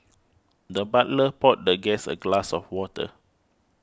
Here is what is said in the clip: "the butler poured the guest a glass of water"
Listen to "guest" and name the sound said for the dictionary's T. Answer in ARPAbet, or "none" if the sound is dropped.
none